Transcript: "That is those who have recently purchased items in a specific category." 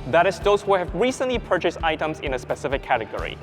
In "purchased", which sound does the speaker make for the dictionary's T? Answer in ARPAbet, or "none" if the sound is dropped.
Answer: T